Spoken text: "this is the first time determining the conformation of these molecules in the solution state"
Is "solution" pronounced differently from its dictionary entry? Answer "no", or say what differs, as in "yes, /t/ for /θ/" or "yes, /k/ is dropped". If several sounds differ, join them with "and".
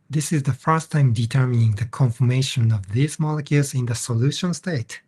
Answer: no